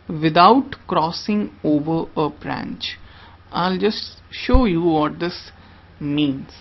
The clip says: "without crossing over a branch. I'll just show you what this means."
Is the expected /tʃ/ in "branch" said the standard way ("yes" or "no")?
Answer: yes